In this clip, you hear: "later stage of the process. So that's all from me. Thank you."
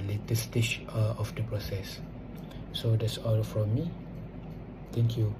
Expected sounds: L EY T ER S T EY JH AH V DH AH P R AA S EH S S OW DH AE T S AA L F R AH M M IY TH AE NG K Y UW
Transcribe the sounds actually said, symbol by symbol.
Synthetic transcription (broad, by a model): L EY T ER S T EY CH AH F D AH P R AA S EH S S OW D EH T S AA L F R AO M M IY T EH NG K Y UW